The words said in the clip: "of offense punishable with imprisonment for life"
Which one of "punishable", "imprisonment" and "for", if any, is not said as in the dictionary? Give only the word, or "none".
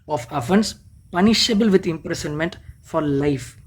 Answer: imprisonment